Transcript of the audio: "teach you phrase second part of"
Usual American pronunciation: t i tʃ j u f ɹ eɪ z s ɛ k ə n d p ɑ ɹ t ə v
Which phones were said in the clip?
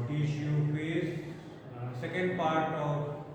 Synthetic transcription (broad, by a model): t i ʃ j u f eɪ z s ɛ k ə n d p ɑ ɹ t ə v